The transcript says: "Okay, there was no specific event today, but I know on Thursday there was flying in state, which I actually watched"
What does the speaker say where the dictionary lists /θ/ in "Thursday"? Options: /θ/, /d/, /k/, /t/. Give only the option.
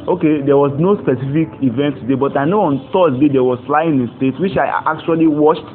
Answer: /t/